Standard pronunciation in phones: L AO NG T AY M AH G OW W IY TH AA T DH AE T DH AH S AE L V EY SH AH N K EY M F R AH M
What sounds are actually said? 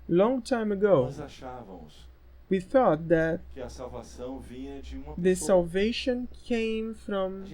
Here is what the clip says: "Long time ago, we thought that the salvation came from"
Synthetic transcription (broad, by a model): L AO NG T AY M AH G OW W IY TH AA T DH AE T DH AH S AE L V EY SH AH N K EY M F R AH M